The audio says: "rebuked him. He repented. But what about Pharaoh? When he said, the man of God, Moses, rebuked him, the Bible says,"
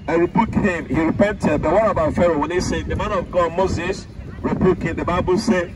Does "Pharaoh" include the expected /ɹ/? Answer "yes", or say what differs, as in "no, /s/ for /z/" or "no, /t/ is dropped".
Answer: yes